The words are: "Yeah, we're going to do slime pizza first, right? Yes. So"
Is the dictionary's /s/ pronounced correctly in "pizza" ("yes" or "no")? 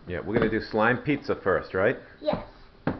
yes